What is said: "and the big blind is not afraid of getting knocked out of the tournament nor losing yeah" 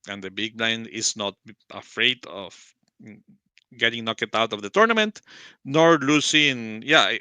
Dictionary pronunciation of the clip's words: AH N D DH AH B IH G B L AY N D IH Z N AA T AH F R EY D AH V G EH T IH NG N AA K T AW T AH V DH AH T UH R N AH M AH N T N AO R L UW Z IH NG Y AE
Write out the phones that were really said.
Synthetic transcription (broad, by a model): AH N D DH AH B IH G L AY N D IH S N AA T AH F R EY D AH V G EH T IH NG N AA K T AW T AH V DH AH T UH R N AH M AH N T N AO R L UW S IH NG Y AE